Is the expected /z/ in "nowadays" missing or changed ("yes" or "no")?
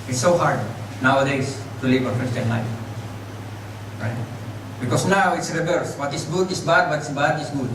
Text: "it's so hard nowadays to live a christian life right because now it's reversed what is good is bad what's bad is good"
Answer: yes